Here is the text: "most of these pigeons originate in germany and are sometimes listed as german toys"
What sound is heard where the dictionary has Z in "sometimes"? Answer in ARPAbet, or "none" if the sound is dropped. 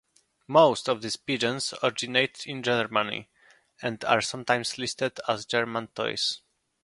S